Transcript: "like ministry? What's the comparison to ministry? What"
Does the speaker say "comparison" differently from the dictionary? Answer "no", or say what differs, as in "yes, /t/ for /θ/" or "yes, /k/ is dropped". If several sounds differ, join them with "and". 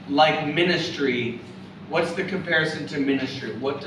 no